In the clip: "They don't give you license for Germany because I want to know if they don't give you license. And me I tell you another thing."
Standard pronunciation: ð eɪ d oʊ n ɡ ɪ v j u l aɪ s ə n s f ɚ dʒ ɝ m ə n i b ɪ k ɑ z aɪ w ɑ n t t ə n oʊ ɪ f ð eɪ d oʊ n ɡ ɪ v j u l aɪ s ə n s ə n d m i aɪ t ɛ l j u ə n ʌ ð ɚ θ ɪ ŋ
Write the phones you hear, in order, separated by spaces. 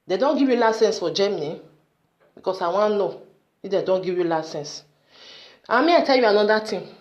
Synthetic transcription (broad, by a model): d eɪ d oʊ n ɡ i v j u l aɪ s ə n s f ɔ dʒ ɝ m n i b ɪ k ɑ s aɪ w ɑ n n oʊ ɪ f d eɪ d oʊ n ɡ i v j u l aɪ s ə n s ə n m i aɪ t ɛ l j u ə n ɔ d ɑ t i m